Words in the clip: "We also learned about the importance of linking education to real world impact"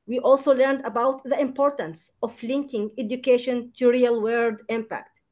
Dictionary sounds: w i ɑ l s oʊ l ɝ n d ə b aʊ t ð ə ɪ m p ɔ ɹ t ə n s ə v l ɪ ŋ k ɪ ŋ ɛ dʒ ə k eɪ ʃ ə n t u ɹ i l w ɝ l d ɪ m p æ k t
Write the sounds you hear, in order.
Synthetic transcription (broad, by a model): w i ɑ l s oʊ l ɝ n d ə b aʊ t ð ə ɪ m p ɔ ɹ t ə n s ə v l ɪ ŋ k ɪ ŋ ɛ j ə k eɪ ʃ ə n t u ɹ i l w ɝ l d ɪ m p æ k t